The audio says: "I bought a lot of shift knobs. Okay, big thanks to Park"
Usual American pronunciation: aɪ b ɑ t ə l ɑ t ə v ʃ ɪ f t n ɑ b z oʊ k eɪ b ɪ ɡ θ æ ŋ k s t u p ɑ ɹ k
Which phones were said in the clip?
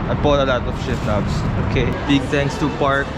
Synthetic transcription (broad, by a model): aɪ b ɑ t ə l ɑ t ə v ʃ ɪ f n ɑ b s oʊ k eɪ b ɪ ɡ t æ ŋ k s t u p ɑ ɹ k